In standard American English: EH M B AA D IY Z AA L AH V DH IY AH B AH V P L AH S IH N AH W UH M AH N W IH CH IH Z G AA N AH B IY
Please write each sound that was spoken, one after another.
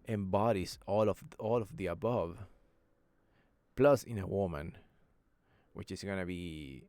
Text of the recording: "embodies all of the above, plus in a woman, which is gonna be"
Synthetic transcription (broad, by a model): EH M B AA D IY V AA L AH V DH IY AH B AH V P L AH S IH N AH W UH M AH N W IH CH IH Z G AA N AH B IY